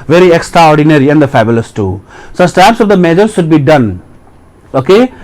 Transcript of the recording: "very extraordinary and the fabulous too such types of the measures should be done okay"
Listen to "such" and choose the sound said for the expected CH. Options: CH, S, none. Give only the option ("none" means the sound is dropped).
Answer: S